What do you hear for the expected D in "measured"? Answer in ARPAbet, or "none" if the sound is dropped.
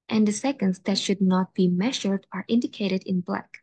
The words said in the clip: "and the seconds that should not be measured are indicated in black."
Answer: D